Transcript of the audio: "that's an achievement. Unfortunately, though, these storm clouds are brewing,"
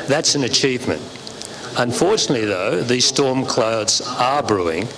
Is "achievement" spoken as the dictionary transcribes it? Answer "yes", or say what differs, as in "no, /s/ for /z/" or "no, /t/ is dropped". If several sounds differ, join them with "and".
yes